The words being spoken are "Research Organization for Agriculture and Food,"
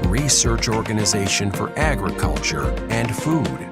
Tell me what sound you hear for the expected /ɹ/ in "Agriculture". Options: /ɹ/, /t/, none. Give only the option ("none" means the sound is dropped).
/ɹ/